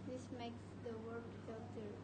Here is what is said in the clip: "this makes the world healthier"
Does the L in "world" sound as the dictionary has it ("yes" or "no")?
no